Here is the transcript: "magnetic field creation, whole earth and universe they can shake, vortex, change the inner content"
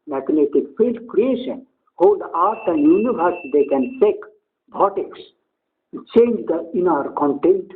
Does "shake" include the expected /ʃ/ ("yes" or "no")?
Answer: no